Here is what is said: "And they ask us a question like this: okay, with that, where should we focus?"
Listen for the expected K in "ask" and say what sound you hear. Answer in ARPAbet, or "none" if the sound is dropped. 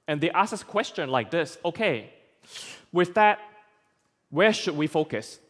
none